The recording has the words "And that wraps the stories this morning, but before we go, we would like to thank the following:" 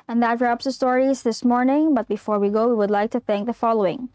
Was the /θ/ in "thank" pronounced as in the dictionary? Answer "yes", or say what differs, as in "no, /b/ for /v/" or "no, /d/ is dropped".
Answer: yes